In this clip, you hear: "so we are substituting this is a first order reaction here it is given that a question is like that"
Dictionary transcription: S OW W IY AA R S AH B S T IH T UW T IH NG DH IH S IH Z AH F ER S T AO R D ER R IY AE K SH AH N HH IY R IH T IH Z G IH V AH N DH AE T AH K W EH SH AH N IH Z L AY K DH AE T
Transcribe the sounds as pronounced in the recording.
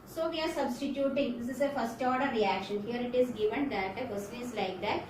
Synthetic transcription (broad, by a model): S OW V IY AA R S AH B S T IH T UW T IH NG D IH S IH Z AH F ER S T AO R D ER R IY AE K SH AH N HH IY R IH T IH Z G IH V AH N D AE T AH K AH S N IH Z L AY K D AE T